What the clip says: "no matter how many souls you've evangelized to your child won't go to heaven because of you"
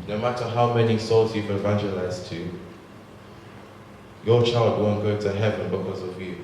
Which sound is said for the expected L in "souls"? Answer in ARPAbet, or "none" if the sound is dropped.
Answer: L